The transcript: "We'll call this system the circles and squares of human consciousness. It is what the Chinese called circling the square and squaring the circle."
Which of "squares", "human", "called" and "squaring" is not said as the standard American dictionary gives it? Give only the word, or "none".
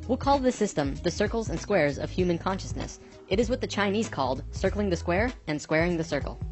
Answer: none